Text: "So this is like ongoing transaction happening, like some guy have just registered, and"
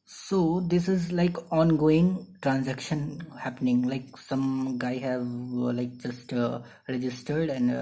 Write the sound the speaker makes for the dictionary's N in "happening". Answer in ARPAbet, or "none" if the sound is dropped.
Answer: N